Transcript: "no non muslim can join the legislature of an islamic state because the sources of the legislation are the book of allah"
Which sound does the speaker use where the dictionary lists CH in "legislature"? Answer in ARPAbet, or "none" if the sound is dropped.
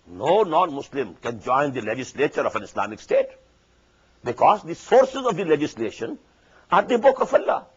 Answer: CH